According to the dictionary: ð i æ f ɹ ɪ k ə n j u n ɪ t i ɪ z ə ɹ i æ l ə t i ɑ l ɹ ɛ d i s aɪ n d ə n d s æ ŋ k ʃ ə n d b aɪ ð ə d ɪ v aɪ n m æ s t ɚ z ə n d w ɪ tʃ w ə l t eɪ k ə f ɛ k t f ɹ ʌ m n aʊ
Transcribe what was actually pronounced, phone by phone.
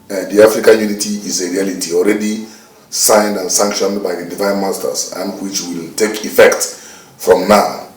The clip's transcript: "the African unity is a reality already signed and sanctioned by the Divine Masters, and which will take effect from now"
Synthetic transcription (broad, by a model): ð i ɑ f ɹ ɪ k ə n j u n ɪ t i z ə ɹ i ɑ l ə t i ɑ l ɹ ɛ d i s aɪ n d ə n s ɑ ŋ k ʃ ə n d b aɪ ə d ɪ v aɪ n m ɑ s t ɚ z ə n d w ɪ tʃ w ə l t eɪ k ə f ɛ k t f ɹ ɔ m n aʊ